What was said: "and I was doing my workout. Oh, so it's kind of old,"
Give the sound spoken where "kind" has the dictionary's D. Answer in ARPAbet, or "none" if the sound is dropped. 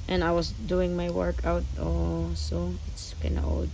none